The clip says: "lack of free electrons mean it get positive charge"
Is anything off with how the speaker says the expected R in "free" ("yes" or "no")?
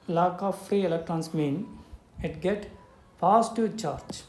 no